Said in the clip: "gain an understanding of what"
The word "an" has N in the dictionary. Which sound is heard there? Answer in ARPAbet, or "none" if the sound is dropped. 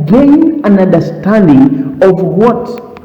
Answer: N